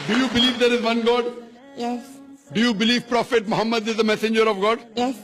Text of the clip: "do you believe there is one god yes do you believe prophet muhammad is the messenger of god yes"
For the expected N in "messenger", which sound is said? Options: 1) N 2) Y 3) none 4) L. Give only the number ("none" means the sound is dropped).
1